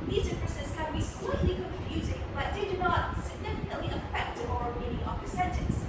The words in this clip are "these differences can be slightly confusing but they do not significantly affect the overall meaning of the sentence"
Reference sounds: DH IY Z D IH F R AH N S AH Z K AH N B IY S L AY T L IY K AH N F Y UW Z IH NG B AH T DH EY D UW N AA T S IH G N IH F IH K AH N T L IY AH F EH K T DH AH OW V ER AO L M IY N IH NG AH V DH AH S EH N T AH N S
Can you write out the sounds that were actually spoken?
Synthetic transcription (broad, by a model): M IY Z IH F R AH S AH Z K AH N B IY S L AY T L IY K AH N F Y UW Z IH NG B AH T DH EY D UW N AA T S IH G N IH F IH K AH T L IY AH F EH K T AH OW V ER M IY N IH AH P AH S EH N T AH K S